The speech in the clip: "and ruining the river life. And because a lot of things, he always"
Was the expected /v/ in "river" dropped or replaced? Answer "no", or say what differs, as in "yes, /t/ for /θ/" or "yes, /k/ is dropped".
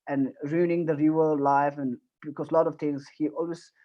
yes, /v/ is dropped